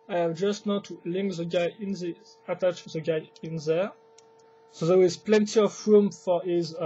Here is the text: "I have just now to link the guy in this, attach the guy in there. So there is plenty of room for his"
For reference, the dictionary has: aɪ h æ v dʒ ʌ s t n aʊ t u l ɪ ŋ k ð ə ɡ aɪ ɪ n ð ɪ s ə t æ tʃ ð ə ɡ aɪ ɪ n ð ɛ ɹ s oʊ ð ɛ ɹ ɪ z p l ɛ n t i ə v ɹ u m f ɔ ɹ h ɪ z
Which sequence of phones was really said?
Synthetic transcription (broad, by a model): aɪ h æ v dʒ ʌ s t n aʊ t u l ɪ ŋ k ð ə ɡ aɪ ɪ n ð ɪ ə t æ tʃ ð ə ɡ aɪ ɪ n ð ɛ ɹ s oʊ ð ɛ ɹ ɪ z p l ɛ n t i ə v ɹ u m f ɔ ɹ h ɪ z